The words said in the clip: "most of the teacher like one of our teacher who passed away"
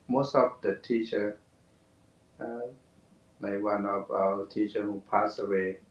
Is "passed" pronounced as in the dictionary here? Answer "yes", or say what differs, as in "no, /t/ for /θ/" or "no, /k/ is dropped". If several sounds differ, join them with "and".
no, /t/ is dropped